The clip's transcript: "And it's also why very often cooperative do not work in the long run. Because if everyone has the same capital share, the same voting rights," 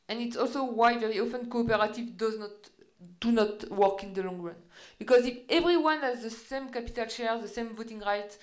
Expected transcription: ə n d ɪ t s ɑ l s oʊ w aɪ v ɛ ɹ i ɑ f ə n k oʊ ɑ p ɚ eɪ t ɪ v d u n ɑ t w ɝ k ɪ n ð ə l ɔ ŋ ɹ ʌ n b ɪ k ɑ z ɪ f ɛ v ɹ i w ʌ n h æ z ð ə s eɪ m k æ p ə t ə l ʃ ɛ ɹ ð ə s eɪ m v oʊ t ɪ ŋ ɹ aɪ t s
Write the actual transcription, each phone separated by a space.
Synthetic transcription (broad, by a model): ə n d ɪ t s ɑ l s oʊ w aɪ v ɛ ɹ i ɑ f ə n k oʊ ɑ p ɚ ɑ t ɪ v d u n ɑ t w ɝ k ɪ n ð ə l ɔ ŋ ɹ ʌ n b ɪ k ɑ z ɪ f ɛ v ɹ i w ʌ n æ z ð ə s eɪ m k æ p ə t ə l ʃ ɛ ɹ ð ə s eɪ m v oʊ t ɪ ŋ ɹ aɪ t